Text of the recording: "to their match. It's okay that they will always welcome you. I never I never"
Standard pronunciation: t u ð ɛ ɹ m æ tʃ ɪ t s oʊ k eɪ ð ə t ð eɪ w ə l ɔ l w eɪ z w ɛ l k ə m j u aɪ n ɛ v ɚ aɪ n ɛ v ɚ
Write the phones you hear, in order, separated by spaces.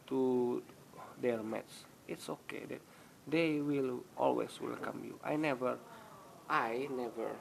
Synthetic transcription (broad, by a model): t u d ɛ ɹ m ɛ s ɪ t s oʊ k eɪ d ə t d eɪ w ə l ɔ l w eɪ s w ɛ l k ə m j u aɪ n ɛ v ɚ aɪ n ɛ v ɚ